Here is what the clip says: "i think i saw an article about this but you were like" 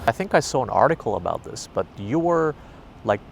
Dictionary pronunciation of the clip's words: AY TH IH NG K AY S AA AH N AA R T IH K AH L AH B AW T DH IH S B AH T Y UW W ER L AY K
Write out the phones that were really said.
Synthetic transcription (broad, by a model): AY TH IH NG K AY S AA AH N AA R T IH K L AH B AW T DH IH S B AH T Y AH W ER L AY K